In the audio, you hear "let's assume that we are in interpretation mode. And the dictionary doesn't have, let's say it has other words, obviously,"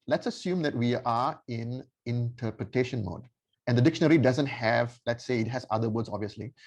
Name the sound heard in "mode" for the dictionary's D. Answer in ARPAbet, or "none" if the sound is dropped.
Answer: D